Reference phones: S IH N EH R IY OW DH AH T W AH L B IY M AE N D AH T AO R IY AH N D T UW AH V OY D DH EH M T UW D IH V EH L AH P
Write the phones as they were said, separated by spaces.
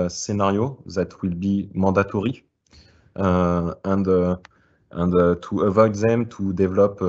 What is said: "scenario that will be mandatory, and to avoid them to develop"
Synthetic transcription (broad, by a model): S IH N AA R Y OW DH AH T W AH L B IY M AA D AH T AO R IY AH N D T UW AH V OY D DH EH M T UW D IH V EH L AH P